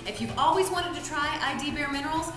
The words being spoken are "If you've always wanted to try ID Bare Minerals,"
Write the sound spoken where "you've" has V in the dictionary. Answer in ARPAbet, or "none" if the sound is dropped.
V